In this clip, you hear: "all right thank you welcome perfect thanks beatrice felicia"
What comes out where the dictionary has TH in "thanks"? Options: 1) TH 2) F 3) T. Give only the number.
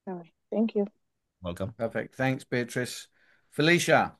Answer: 1